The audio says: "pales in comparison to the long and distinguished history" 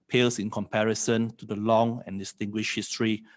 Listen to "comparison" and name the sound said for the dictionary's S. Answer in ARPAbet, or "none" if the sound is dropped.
S